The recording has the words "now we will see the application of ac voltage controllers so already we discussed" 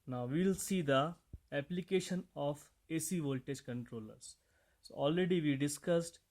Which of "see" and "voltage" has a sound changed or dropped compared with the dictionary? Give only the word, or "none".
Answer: none